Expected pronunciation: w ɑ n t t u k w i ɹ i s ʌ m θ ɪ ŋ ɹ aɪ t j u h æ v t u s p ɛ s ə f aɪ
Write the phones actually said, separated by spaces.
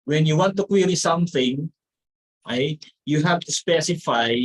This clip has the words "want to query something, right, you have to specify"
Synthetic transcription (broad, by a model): w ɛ n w t u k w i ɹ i s ʌ m θ ɪ ŋ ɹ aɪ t j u h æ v t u s p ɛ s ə f aɪ